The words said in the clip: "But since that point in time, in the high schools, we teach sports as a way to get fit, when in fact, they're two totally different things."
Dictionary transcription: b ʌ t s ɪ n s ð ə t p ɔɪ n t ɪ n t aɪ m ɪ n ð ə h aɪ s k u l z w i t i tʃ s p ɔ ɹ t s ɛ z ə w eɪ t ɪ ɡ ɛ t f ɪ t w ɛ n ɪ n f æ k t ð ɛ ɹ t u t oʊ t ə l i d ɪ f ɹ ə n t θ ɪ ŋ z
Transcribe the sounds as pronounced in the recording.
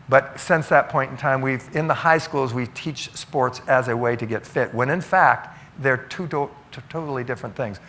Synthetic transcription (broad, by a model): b ʌ t s ɪ n s ð ə t p ɔɪ n t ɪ n t aɪ m ɪ n ð ə h aɪ s k u l z w i t i tʃ s p ɔ ɹ t s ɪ z ə w eɪ t ɪ ɡ ɛ t f ɪ t w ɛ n ɪ n f æ k t ð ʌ ɹ t u t oʊ t l i d ɪ f ɹ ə n θ ɪ ŋ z